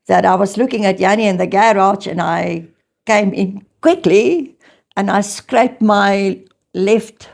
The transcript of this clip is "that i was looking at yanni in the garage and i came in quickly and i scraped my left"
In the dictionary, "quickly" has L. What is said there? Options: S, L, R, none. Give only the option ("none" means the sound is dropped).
L